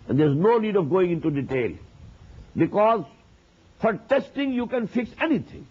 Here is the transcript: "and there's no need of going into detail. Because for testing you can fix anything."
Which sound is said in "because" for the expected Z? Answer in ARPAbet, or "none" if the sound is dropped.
Z